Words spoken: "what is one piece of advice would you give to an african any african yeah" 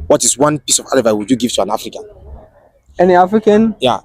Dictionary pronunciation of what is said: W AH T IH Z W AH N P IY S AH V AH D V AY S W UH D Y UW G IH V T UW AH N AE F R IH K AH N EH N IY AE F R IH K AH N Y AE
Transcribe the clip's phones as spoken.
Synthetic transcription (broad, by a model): W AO T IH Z W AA N P IY S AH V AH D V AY W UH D Y UW G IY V T UW AH N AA F R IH K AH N EH N IY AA F R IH K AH N Y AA